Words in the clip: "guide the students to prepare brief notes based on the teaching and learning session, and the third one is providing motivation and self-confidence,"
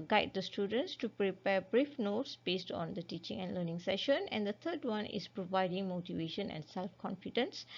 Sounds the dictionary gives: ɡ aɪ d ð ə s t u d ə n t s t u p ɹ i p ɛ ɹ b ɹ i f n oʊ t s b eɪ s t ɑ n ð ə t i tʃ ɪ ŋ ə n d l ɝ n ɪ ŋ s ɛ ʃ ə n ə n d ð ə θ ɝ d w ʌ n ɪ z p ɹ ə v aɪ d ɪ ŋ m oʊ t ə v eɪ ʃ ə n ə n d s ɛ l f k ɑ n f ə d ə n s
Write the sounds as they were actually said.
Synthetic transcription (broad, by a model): ɡ aɪ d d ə s t u d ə n t s t u p ɹ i p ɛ b ɹ i f n oʊ t s b eɪ s t ɑ n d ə t i tʃ ɪ ŋ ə n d l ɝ n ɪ ŋ s ɛ ʃ ə n ə n d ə t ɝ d w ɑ n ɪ s p ɹ ə v aɪ d ɪ ŋ m oʊ t ə v eɪ ʃ ə n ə n s ɛ l f k ɑ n f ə d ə n s